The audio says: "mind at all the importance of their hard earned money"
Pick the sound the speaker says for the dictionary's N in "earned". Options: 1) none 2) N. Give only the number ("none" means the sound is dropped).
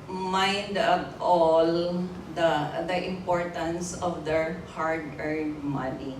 1